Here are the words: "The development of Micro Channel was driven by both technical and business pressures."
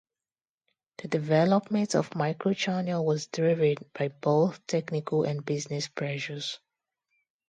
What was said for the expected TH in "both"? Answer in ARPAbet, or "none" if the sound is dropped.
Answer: TH